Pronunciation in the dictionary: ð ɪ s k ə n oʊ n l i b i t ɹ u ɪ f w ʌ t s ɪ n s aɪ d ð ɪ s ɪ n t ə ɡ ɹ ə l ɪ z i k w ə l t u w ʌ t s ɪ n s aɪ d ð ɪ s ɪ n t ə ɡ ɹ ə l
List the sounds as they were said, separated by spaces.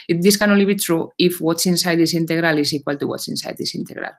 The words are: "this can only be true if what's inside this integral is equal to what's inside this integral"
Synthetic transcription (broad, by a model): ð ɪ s k ə n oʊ l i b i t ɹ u ɪ f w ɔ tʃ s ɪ n s aɪ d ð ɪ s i n t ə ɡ ɹ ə l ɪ s i k w ə l t u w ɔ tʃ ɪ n s aɪ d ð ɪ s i n t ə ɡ ɹ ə l